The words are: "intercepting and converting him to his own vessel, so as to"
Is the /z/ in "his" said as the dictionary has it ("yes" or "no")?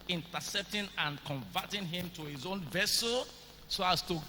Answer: yes